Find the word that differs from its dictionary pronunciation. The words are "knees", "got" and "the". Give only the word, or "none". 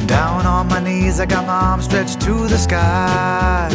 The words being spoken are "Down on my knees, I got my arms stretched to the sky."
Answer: none